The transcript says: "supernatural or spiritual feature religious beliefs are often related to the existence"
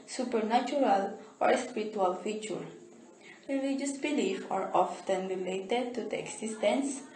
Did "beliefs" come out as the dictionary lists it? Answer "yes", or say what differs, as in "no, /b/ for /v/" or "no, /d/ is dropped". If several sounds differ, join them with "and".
no, /s/ is dropped